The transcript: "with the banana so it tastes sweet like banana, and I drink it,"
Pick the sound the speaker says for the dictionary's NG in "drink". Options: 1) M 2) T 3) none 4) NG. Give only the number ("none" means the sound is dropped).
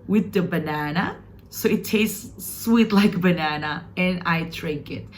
3